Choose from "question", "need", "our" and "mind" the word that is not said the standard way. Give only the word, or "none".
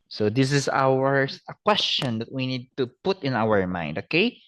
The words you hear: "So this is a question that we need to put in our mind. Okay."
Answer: none